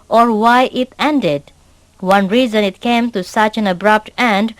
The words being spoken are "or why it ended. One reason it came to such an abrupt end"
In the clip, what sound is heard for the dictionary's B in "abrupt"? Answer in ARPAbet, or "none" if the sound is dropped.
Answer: B